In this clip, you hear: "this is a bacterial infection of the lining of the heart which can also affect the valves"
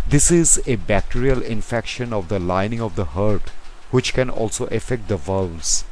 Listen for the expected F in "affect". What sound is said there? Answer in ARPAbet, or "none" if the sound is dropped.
F